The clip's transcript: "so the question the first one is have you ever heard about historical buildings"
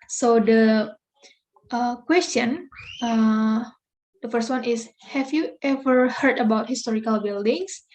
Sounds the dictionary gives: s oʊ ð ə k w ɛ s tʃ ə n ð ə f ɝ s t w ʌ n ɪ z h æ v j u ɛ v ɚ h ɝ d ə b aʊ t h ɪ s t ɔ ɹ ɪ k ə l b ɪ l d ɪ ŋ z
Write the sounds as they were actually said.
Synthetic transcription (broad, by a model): s oʊ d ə k w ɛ s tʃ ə n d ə f ɝ s t w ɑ n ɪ s h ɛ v j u ɛ v ɚ h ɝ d ə b aʊ t h ɪ s t ɔ ɹ ɪ k ə l b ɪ l d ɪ ŋ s